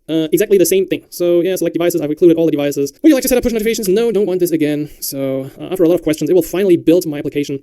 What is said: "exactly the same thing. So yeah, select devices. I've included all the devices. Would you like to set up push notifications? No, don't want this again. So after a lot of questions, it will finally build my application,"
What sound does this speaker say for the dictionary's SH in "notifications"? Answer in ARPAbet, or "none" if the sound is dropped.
none